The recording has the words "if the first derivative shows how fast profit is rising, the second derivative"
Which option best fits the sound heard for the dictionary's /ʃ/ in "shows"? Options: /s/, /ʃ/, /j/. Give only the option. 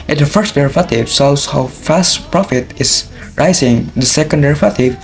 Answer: /s/